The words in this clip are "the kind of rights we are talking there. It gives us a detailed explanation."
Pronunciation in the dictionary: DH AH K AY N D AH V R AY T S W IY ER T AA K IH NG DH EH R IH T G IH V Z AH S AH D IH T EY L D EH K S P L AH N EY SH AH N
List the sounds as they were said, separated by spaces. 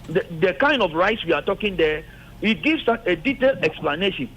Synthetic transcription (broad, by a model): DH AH K AY N D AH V R AY T S W IY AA T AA K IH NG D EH IH T G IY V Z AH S AH D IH T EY L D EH K S P L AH N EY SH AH N